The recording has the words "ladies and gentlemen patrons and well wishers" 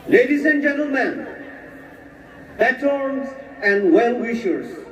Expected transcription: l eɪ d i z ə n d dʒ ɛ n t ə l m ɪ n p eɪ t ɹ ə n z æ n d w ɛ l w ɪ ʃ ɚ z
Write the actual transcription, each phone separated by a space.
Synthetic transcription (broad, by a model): l eɪ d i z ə n dʒ ɛ n t ə l m ɪ n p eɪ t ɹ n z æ n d w ɛ l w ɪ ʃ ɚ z